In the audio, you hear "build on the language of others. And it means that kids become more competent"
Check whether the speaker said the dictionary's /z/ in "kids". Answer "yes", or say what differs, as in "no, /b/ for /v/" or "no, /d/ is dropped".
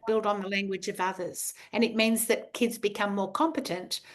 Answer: yes